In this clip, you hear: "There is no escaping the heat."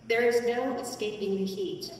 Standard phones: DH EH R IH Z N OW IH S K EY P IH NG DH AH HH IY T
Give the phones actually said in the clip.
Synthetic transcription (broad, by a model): DH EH R IH Z N OW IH S K EY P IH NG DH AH HH IY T